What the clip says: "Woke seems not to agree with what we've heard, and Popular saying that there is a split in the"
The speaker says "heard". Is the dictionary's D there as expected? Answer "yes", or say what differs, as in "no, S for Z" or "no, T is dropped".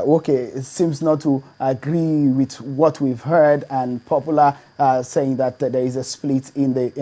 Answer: yes